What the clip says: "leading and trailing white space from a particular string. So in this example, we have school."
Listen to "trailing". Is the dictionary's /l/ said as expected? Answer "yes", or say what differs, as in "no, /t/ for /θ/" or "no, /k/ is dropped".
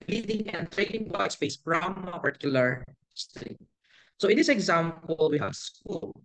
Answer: no, /n/ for /l/